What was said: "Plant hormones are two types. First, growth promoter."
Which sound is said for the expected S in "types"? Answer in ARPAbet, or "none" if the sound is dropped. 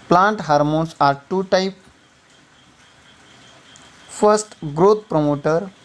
none